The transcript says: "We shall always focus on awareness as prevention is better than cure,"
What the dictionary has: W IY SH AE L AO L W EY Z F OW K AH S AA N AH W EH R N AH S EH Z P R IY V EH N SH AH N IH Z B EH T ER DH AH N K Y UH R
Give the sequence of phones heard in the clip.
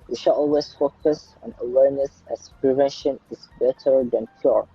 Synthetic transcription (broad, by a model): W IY SH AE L AO L W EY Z F OW K AH S AA N AH W EH R N AH S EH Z P R IY V EH N SH AH N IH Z B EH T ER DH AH N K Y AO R